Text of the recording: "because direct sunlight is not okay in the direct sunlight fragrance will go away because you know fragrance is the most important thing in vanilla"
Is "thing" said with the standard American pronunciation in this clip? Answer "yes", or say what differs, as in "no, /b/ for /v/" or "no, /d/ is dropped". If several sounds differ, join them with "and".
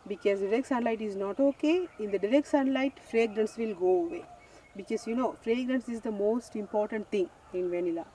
no, /t/ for /θ/